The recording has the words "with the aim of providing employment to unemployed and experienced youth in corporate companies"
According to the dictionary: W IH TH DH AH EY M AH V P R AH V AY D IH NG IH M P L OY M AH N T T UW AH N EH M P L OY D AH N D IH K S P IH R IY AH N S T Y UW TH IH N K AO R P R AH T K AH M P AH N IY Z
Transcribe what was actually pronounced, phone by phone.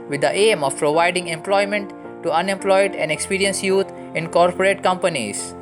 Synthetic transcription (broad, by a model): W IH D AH EY M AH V P R AH V AY D IH NG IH M P L OY M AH N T T UW AH N EH M P L OY D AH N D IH K S P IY R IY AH N S Y UW T IH N K AO R P R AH T K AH M P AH N IY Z